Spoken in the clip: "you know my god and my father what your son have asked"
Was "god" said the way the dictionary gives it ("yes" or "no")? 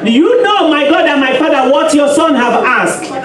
yes